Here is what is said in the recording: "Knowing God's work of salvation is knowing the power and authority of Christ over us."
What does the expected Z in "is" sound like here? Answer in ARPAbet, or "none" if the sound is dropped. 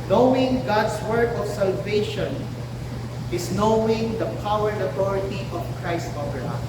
S